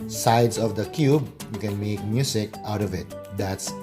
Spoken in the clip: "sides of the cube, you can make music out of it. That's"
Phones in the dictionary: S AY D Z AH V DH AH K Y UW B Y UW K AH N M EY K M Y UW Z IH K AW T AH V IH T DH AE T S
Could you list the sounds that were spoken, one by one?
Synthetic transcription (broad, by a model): S AY D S AH V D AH K Y UW B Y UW K AH N M EY K M Y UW S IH K AW T AH V IH T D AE T S